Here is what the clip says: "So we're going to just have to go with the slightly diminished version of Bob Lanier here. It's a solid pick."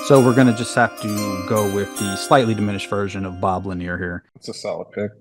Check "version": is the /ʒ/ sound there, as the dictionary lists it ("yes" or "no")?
yes